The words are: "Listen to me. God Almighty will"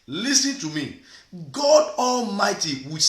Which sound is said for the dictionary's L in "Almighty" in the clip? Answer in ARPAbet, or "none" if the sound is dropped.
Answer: L